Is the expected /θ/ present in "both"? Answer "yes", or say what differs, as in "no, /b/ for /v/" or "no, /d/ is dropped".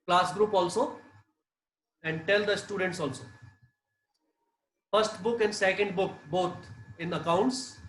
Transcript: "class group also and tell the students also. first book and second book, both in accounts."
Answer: no, /t/ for /θ/